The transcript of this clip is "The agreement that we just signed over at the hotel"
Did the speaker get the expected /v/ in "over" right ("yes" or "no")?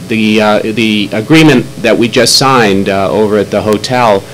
yes